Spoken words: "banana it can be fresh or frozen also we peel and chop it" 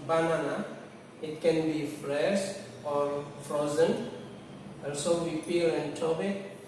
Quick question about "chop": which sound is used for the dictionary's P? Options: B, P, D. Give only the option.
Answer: B